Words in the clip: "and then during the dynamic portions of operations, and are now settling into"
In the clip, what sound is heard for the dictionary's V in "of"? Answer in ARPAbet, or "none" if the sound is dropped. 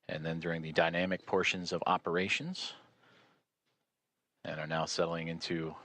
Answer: V